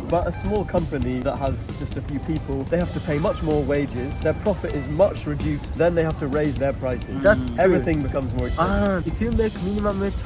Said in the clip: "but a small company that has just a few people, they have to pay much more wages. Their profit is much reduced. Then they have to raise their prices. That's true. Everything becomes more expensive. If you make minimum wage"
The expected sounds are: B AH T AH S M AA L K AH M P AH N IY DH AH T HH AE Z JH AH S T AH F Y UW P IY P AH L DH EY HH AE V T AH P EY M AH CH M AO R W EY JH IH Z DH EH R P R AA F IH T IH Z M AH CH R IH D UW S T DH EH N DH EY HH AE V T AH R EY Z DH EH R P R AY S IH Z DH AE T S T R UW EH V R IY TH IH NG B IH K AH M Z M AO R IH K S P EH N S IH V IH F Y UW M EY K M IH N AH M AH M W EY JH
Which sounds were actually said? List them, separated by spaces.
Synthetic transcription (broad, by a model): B AH T AH S M AA L K AH M P AH N IY DH AH T HH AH Z JH AH S T AH F Y UW P IY P AH L DH EY HH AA F T AH P EY M AH CH M AO R W EY JH IH Z DH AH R P R AA F IH T IH Z M AH CH R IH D UW S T DH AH N DH EY HH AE F T AH R EY Z DH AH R P R AY S IH Z EH V R IY TH IH NG B IH K AH M Z M AO R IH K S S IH IH F Y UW M EY K M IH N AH M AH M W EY